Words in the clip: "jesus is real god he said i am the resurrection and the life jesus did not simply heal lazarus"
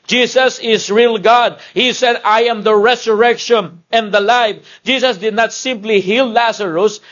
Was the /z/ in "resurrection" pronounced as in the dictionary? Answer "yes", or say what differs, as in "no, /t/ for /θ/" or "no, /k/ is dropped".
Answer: no, /s/ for /z/